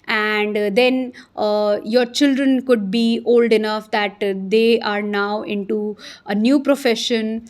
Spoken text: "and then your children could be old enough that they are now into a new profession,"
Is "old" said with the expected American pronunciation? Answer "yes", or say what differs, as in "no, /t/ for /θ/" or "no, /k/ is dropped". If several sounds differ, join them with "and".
yes